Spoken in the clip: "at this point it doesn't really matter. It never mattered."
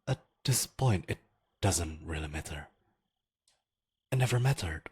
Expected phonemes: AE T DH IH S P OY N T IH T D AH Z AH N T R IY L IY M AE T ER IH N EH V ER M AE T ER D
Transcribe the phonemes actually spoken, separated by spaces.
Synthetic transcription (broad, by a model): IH T DH IH S P OY N T IH T D AH Z AH N T R IY L IY M AE T ER IH N EH V ER M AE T ER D